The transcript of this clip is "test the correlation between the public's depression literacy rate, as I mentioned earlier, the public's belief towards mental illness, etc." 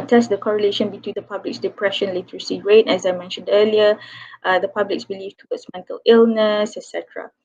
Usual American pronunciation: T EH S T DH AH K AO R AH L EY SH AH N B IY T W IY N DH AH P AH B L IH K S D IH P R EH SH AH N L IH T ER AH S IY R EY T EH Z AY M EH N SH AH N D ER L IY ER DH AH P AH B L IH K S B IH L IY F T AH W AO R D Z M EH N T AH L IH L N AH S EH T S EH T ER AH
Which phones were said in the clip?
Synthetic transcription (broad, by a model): T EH S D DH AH K AO R AH L EY SH AH N B IY T W IY N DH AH P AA B L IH K S D IH P R EH SH AH N L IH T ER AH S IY R EY T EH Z AY M EH N SH AH N D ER L IY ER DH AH P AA B L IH K S B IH L IY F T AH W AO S M EH N T AH L IH L N AH S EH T S EH T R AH